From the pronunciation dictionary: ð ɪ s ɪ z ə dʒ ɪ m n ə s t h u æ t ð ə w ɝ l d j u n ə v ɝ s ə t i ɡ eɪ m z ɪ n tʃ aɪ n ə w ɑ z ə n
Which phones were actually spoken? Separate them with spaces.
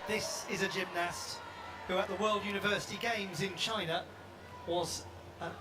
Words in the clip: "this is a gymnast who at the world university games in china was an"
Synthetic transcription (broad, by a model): ð ɪ s ɪ z ə dʒ ɪ m n ə s t h u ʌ t ð ə w ɝ l d j u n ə v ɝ s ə t i ɡ eɪ m z ɪ n tʃ aɪ n ə w ɑ z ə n